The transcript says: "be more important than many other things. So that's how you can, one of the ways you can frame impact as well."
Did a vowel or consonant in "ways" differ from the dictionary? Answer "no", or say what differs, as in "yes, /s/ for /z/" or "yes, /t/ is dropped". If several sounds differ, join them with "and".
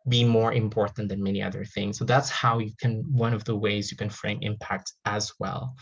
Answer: no